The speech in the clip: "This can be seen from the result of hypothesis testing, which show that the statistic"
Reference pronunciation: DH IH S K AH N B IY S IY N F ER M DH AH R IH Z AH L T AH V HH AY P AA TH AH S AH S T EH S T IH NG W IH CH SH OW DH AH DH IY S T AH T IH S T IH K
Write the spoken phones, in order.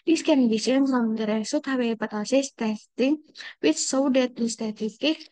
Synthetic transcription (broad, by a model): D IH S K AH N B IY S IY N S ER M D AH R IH S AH T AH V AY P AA T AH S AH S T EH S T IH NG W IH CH S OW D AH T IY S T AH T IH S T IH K